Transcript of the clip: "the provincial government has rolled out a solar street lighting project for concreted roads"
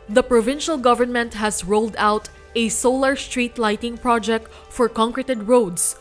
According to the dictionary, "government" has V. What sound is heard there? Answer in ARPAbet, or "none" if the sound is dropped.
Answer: V